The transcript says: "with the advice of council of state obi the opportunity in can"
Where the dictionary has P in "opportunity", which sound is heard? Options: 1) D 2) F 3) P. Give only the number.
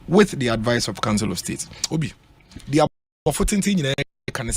2